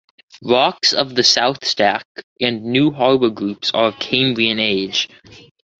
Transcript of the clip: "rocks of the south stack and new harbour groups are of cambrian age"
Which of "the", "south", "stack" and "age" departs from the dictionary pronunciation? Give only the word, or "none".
none